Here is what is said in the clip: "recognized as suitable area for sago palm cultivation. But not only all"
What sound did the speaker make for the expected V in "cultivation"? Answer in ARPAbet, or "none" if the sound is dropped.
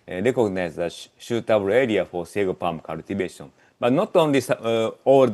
B